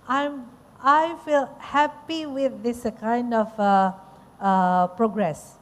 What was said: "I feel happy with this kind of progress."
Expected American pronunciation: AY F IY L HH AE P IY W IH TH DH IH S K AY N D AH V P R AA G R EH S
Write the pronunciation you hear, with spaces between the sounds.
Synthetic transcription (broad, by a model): AY F IY L HH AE P IY W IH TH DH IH S K AY N D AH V P R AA G R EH S